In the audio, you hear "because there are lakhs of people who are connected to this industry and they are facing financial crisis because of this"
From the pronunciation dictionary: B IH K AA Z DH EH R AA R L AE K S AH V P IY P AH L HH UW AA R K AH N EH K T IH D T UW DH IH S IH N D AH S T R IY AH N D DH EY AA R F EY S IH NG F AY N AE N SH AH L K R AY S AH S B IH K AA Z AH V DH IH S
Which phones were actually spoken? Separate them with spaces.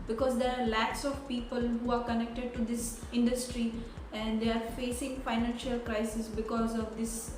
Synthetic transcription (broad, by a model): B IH K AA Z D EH R AA R L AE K S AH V P IY P AH L HH UW AA R K AH N EH K T IH D T UW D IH S IH N D AH S T R IY AH N D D EY AA R F EY S IH NG F AY N AE N SH AH L K R AY S AH S B IH K AA Z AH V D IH S